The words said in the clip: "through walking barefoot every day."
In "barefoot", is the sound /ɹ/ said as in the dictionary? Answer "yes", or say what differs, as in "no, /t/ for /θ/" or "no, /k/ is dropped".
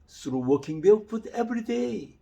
no, /l/ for /ɹ/